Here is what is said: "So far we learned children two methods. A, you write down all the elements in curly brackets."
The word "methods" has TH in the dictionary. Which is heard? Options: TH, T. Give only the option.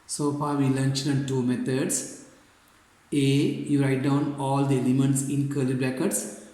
T